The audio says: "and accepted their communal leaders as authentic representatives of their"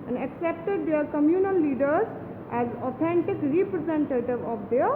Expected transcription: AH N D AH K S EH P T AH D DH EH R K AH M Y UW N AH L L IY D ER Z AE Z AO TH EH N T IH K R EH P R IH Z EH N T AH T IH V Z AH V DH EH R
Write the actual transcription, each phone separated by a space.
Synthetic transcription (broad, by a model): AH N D AH K S EH P T AH D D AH R K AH M Y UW N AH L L IY D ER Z AE Z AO T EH N T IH K R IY P R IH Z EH N T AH T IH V AH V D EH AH